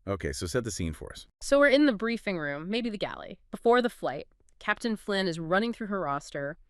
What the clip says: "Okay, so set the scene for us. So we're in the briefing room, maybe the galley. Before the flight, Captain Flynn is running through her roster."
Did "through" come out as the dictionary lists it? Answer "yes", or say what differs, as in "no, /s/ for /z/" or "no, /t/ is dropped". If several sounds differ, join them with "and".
yes